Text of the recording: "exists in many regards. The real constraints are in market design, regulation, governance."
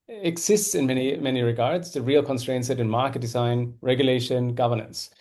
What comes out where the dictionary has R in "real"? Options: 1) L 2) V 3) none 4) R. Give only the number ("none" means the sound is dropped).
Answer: 4